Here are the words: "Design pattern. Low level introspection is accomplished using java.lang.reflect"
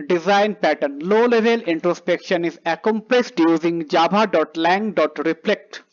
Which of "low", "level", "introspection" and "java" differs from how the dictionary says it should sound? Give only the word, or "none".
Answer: java